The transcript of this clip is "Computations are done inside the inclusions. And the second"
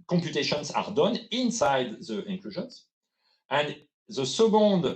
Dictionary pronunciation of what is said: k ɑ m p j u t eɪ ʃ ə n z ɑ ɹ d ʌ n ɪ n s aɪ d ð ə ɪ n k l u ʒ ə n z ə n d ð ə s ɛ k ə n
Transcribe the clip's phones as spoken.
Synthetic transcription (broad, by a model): k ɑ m p j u t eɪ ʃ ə n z ɑ ɹ d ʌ n ɪ n s aɪ d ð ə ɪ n k l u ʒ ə n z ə n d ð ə s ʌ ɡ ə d